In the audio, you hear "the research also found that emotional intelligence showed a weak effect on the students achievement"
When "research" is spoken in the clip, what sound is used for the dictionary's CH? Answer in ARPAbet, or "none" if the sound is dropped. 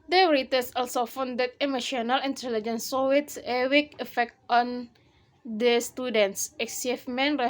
S